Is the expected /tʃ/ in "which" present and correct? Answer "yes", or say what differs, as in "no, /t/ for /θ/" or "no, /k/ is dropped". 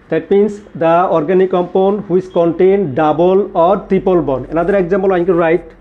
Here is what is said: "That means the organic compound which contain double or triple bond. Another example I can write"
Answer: no, /s/ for /tʃ/